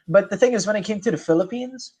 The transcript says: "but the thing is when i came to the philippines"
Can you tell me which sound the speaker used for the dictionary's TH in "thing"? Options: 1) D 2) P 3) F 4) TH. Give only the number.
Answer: 4